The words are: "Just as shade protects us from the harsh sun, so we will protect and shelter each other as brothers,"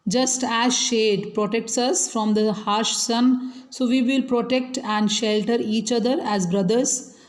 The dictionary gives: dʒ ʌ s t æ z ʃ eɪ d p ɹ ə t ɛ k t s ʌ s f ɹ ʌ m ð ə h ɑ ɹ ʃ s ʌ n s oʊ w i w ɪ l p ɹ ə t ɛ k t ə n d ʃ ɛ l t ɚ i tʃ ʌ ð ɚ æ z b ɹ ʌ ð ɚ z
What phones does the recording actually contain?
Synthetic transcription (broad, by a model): dʒ ʌ s t æ z ʃ eɪ d p ɹ ə t ɛ k t s ʌ s f ɹ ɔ m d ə h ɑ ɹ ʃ s ʌ n s oʊ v i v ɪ l p ɹ ə t ɛ k t ə n d ʃ ɛ l t ɚ i tʃ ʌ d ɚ æ z b ɹ ʌ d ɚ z